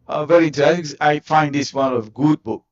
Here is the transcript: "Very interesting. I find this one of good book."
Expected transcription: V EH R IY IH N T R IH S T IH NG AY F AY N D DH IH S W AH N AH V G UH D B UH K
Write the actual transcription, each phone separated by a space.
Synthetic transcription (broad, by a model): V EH R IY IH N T IH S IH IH F AY N D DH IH S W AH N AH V G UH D B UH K